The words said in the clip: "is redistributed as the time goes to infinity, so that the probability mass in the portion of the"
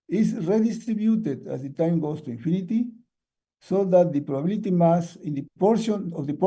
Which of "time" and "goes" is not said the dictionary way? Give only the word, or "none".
goes